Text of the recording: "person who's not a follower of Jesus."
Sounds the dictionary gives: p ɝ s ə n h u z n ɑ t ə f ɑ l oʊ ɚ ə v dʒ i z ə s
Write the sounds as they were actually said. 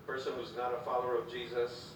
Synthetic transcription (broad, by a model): p ɝ s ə n h u z n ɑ t ə f ɑ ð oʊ ɚ ə v dʒ i z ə s